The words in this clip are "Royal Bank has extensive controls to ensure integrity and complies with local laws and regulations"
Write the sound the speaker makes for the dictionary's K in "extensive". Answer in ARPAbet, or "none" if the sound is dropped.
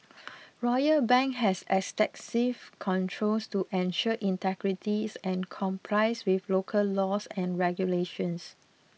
none